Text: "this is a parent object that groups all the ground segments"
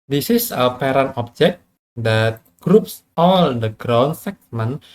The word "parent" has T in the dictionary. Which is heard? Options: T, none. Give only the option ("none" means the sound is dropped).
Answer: none